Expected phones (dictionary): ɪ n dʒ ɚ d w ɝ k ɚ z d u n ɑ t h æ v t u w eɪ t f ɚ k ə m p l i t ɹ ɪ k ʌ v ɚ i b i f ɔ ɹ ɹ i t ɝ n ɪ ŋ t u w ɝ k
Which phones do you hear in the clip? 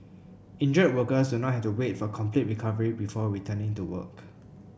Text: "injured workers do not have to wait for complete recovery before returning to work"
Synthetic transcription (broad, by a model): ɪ n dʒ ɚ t w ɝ k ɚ s d u n ɑ t h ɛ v t u w eɪ t f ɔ k ə m p l i t ɹ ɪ k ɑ v ɚ i b i f ɔ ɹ ɹ i t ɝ n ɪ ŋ t u w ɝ k